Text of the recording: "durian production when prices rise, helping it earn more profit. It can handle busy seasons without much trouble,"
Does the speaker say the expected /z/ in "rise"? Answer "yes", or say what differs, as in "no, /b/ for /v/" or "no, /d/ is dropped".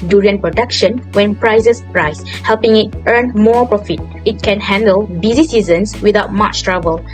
no, /s/ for /z/